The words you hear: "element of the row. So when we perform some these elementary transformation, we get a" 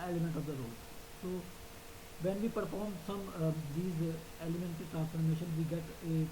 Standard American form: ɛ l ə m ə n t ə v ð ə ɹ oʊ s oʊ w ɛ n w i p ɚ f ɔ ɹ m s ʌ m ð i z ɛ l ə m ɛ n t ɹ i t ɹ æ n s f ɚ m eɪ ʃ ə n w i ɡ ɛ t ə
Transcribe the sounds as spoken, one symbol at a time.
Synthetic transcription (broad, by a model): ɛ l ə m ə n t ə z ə ɹ oʊ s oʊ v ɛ n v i p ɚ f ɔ ɹ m s ʌ m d i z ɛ l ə m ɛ n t i t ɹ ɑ n s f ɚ m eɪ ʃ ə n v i ɡ ɛ t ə